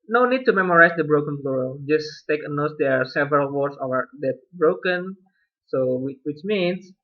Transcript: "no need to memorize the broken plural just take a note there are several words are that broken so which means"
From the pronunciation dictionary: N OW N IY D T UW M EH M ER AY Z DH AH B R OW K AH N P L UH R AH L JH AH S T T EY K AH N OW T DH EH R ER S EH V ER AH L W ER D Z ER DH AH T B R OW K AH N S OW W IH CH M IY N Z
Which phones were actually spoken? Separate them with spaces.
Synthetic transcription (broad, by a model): N OW N IY D T UW M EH M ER AY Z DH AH B R OW K AH N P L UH R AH JH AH S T T EY K AH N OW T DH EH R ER S EH V ER AH L W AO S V ER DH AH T B R OW K AH N S OW W IH CH M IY N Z